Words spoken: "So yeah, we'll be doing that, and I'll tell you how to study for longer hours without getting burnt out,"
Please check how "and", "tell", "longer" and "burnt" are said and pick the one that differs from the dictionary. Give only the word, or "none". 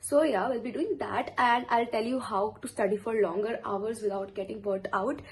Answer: burnt